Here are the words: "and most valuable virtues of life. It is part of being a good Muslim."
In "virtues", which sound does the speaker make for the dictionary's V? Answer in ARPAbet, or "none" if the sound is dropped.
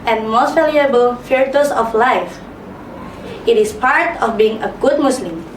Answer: F